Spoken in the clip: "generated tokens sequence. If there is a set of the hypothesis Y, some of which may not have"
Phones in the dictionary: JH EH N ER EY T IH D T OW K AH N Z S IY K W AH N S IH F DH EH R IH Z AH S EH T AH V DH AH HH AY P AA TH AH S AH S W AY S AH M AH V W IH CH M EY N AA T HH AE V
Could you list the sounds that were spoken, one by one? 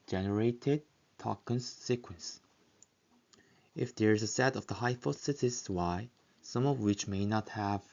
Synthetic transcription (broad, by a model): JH EH N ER EY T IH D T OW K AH N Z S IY K W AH N S IH F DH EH R IH Z AH S EH T AH V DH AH HH AY F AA S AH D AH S W AY S AH M AH V W IH CH M EY N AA T HH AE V